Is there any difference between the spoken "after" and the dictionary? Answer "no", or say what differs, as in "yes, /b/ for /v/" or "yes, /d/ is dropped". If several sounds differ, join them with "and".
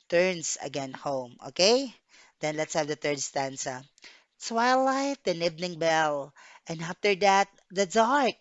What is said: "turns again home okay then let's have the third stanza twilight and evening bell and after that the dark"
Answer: no